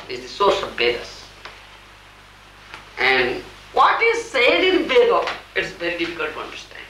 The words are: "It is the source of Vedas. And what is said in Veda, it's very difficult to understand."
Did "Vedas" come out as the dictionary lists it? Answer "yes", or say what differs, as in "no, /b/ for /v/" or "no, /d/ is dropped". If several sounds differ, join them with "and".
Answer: no, /b/ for /v/